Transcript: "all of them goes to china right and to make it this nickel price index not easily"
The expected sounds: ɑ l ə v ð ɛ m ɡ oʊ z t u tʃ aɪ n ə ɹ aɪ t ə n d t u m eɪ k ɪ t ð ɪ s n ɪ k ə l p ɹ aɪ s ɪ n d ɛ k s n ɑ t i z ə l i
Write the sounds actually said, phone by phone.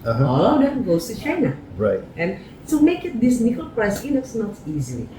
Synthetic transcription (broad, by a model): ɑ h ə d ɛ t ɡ oʊ s t u tʃ aɪ n ə ɹ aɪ t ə n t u m eɪ k ɪ t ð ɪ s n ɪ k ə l p ɹ aɪ s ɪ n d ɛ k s n ɑ t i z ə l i